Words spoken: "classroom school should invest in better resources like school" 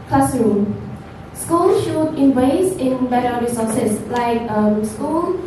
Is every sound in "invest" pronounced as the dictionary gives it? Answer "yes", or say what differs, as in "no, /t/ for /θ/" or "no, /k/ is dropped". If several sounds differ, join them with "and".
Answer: no, /t/ is dropped